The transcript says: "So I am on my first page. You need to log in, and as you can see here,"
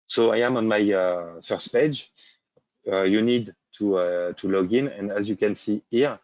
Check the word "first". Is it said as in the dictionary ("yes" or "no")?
yes